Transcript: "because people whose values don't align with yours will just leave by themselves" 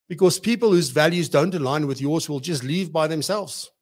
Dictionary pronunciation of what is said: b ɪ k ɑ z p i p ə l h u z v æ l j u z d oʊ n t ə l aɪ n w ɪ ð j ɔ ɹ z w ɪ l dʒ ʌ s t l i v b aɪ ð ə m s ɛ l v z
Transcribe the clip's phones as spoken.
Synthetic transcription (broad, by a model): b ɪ k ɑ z p i p ə l h u z v æ l j u z d oʊ n t ə l aɪ n w ɪ ð j ɔ ɹ z w ɪ l dʒ ʌ s t l i v b aɪ ð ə m s ɛ l v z